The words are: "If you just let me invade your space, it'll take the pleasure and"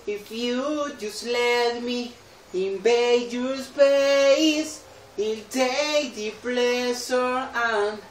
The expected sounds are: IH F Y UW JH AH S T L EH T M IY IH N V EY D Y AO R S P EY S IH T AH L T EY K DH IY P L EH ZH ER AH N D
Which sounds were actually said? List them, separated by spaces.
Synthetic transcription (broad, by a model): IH F Y UW JH AH S T L EH T M IY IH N B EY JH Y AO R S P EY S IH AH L T EY K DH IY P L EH S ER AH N